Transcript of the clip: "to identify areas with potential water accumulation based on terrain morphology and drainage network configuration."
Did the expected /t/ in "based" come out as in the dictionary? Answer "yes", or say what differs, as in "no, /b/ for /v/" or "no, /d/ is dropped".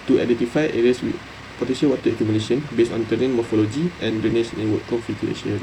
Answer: no, /t/ is dropped